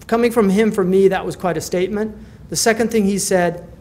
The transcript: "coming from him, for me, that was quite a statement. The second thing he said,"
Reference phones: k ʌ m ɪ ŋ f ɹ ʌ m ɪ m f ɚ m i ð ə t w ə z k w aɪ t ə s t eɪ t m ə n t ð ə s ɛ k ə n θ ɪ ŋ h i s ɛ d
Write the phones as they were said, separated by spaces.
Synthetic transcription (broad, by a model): k ʌ m ɪ ŋ f ɹ ʌ m ɪ m f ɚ m i ð ə t w ə z k w aɪ t ə s t eɪ t m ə n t ð ə s ɛ k ə n θ ɪ ŋ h i s ɛ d